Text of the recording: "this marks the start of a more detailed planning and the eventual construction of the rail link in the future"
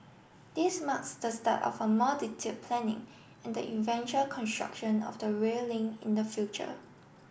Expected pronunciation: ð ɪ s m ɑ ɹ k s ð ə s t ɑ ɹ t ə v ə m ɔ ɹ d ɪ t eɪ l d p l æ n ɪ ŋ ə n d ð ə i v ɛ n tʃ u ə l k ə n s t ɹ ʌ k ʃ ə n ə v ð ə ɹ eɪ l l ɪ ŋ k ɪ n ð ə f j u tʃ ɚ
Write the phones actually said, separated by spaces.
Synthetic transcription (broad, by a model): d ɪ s m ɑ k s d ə s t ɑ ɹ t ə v ə m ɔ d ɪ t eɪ d p l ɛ n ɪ ŋ ə n d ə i v ɛ n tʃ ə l k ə n s t ɹ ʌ k ʃ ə n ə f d ə ɹ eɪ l l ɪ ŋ ɪ n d ə f j u tʃ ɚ